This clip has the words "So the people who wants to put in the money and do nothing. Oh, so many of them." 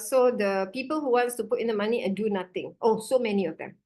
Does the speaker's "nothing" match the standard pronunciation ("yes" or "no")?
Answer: no